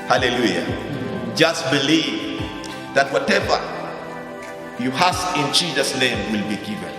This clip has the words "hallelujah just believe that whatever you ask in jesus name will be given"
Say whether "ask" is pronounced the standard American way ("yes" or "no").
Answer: no